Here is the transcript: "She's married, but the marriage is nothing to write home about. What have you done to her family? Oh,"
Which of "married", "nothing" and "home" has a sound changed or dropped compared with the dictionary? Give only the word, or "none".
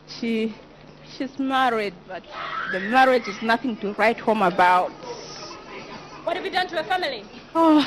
none